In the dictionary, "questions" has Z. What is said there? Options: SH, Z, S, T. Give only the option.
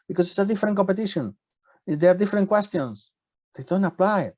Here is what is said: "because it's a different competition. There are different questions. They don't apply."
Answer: S